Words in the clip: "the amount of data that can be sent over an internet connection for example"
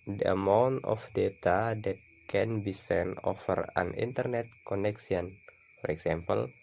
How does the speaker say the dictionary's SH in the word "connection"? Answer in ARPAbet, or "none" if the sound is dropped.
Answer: S